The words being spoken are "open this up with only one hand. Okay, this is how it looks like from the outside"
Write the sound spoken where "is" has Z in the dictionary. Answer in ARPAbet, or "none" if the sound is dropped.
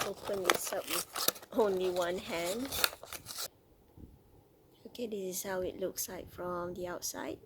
S